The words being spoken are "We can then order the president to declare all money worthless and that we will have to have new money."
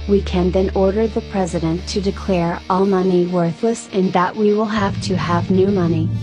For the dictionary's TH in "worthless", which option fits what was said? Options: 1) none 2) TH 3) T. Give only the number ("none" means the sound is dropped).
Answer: 2